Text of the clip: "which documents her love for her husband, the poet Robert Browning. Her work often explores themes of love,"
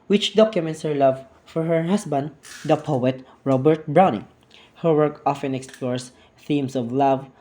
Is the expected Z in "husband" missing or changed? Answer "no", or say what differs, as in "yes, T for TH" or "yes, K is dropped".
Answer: yes, S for Z